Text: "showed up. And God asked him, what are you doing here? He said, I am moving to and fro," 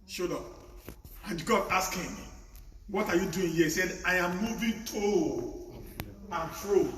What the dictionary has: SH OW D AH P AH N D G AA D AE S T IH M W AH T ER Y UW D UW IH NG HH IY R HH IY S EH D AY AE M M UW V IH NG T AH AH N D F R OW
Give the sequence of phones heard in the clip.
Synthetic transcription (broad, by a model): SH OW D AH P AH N G AA D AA S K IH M W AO T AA Y UW D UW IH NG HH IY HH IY S EH D AY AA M M UW V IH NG T AH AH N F R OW